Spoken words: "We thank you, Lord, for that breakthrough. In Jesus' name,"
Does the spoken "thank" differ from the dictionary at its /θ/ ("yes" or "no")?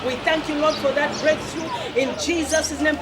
no